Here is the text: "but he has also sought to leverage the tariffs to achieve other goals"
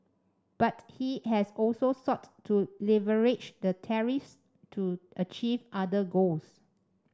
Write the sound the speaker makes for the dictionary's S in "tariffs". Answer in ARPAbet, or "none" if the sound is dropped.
S